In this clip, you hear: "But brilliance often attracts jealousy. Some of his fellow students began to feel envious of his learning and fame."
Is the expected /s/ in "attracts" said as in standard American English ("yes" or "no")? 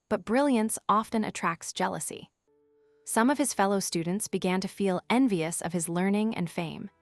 yes